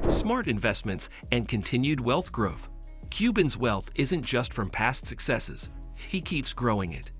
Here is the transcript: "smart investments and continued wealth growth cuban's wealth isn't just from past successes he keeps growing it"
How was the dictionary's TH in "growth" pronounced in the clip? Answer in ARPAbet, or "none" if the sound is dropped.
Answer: TH